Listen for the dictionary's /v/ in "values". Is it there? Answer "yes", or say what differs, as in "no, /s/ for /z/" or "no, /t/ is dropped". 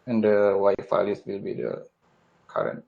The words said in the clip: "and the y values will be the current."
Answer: no, /f/ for /v/